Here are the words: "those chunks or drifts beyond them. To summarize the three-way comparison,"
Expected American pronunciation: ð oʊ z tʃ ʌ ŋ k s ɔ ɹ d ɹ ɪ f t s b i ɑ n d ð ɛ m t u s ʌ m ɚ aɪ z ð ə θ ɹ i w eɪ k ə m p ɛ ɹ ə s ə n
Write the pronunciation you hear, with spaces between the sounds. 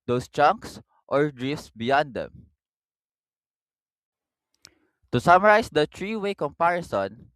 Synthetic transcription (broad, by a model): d oʊ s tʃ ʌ ŋ k s ɔ ɹ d ɹ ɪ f s b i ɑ n d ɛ m t u s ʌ m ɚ aɪ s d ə t ɹ i w eɪ k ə m p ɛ ɹ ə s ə n